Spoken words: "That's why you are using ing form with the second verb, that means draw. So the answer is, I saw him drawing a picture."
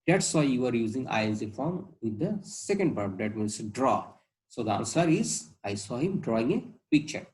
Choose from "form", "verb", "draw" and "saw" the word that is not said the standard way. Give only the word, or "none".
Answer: verb